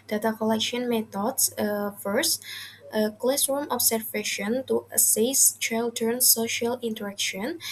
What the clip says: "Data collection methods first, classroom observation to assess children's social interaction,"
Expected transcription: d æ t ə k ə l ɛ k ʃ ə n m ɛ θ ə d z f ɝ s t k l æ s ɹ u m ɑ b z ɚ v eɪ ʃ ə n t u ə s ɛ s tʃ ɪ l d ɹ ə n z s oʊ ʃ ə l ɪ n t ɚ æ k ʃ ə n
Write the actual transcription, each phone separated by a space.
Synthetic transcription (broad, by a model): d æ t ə k ə l ɛ k ʃ ə n m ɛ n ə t f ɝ s t k l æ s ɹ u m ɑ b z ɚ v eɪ ʃ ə n t u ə s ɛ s tʃ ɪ l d ə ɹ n s oʊ ʃ ə l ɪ n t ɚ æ k ʃ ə n